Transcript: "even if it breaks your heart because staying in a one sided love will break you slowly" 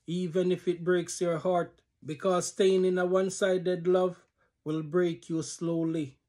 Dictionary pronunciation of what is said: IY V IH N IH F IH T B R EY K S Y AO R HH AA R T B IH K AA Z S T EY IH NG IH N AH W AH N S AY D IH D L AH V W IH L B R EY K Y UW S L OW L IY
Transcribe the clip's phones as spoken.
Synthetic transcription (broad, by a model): IY V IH N IH F IH T B R EY K S Y AO R HH AA R T B IH K AA Z S T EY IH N IH N AH W AH N S AY D IH D L AH V W IH L B R EY K Y UW S L OW L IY